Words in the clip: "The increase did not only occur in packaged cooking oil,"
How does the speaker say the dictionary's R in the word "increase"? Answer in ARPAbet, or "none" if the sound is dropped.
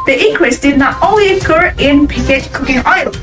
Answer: W